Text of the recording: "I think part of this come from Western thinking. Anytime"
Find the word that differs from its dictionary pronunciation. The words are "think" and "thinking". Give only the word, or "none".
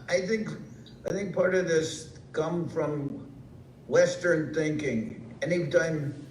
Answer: none